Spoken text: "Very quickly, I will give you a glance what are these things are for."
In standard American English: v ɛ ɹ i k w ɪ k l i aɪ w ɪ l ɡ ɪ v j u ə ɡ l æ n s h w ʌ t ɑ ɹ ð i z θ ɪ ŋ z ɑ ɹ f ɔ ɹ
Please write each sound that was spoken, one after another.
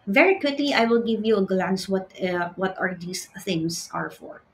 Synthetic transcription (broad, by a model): v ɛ ɹ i k w ɪ k l i aɪ w ɪ l ɡ ɪ v j u ə ɡ l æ n s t w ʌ t ɑ ɹ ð i s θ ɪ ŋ s ɑ ɹ f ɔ ɹ